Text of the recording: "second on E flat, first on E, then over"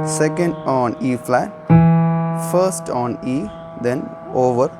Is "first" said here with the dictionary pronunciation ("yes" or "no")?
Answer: yes